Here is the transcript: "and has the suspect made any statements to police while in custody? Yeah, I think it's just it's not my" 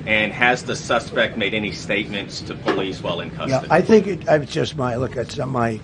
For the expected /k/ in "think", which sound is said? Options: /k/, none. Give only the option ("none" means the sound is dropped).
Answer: /k/